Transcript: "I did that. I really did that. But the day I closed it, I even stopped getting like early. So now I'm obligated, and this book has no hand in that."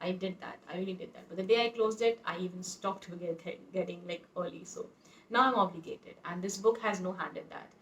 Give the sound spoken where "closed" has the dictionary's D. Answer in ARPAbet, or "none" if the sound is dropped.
D